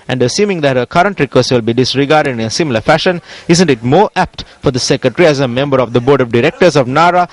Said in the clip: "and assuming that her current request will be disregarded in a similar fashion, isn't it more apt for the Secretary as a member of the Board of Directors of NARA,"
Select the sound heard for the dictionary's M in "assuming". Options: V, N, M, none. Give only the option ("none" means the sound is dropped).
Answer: M